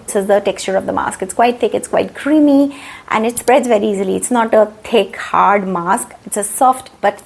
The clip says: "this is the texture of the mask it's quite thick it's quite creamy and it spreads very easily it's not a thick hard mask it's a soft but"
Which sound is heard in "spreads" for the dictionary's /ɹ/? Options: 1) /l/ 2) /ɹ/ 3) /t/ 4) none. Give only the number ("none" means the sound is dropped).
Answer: 2